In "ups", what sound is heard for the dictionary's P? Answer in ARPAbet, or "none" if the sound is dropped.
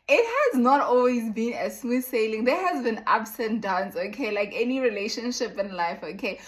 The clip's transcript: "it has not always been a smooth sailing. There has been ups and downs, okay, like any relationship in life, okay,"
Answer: B